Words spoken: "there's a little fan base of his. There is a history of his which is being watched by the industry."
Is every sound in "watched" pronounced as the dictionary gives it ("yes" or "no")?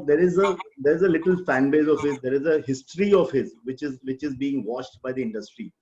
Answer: no